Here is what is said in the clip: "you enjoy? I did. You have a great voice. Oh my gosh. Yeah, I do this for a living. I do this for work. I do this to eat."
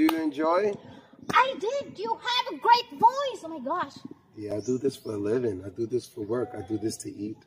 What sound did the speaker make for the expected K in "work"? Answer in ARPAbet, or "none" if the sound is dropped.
K